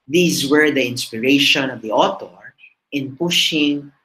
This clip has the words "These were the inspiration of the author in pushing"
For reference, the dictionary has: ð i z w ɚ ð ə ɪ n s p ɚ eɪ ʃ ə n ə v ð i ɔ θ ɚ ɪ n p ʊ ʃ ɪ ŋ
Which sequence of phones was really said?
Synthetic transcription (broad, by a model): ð i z w ɚ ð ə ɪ n s p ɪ eɪ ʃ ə n ə v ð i ɔ t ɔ ɪ n p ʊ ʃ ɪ ŋ